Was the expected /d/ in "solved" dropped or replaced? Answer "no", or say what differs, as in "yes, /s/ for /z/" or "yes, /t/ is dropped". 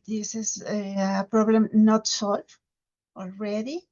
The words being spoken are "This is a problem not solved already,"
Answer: yes, /d/ is dropped